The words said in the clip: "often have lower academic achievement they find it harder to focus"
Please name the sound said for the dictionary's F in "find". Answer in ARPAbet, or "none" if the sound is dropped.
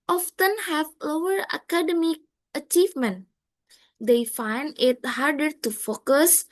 F